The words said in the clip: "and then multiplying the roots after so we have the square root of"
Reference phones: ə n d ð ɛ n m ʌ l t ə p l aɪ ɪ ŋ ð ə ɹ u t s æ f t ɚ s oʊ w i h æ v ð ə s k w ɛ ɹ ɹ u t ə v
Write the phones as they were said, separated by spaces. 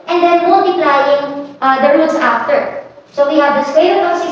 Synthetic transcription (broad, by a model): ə n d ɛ n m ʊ l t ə p l aɪ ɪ ŋ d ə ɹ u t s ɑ f t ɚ s oʊ w i h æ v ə s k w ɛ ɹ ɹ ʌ ə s